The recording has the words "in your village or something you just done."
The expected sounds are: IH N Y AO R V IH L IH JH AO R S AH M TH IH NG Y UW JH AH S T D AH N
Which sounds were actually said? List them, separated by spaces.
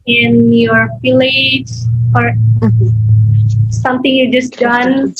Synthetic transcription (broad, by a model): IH N Y AO R F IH L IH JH AO R S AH M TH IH NG Y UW JH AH S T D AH N